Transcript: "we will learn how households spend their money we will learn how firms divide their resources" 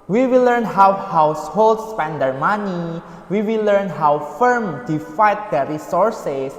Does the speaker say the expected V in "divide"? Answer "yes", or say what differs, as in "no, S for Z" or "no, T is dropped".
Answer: no, F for V